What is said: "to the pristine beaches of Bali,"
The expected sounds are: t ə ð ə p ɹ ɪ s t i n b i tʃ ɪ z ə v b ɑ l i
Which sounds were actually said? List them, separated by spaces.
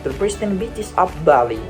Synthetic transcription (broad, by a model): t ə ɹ p ɹ ɪ s t i n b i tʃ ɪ s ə p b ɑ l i